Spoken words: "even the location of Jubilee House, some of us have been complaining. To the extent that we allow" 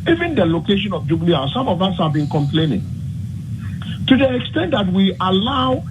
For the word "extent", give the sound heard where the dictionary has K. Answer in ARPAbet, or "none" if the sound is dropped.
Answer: K